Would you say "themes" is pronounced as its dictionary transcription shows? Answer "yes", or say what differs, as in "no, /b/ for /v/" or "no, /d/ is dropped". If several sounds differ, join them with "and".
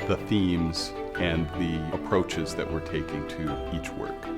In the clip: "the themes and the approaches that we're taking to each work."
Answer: yes